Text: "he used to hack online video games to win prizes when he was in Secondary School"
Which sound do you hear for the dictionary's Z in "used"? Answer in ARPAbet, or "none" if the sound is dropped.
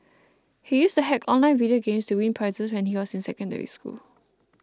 S